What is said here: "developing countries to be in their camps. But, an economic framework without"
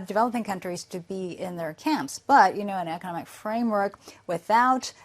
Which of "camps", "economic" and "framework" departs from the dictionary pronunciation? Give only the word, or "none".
none